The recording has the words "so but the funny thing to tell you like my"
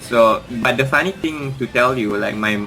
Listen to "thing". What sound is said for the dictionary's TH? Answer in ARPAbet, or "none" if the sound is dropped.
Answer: T